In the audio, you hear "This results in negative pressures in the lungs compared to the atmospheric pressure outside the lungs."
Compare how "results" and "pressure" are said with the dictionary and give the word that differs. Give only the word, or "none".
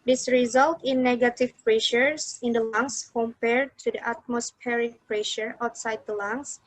results